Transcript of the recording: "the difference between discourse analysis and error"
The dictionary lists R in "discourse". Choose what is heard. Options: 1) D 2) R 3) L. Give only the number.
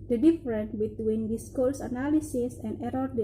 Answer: 3